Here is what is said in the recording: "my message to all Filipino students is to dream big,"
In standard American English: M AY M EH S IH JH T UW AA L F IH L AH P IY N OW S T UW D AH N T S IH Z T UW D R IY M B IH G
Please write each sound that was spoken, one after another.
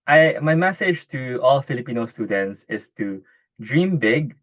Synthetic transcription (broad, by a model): M AY M EH S IH JH T UW AA L F IH L AH P IY N OW S T UW D AH N T S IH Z T UW D R IY M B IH G